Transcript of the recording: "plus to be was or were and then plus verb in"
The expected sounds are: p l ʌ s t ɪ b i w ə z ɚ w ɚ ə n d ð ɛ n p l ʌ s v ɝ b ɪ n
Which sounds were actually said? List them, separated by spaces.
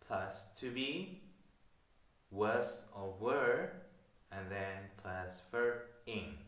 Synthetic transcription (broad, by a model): p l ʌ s t ɪ b i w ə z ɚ w ɚ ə n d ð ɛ n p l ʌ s f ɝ ɪ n